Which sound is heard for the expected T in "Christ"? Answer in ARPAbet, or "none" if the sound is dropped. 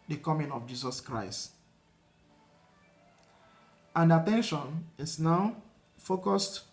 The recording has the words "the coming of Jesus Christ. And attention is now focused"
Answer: T